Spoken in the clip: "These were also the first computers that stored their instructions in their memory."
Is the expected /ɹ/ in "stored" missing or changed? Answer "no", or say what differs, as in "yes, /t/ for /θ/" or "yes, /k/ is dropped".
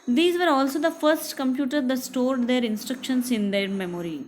no